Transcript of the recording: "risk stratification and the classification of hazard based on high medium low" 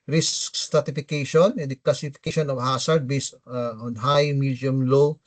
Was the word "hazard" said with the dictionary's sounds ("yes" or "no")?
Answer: no